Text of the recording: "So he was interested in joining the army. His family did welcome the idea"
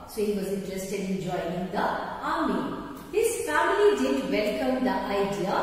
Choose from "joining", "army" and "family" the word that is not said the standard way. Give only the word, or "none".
joining